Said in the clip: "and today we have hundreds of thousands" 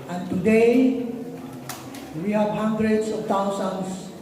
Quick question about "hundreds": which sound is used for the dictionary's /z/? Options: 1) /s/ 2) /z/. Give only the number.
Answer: 1